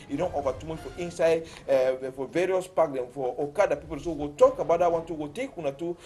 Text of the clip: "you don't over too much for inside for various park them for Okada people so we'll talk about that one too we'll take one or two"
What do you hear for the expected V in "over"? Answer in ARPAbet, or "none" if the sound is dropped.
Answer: F